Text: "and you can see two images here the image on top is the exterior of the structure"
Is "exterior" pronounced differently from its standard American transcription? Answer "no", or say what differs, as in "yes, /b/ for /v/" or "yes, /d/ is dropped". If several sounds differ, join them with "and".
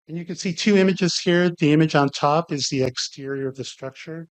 no